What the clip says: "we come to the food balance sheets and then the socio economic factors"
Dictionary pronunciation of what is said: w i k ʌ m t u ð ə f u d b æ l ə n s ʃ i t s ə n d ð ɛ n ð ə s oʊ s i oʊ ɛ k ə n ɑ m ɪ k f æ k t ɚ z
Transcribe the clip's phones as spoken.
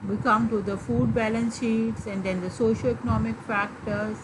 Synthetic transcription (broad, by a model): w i k ʌ m t u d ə f u d b æ l ə n s ʃ i t s ə n d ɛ n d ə s oʊ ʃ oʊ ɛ k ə n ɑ m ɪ k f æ k t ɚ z